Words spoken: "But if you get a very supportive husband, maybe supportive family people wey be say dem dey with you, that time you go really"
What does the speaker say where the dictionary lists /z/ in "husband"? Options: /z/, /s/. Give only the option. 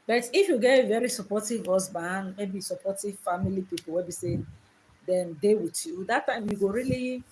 /s/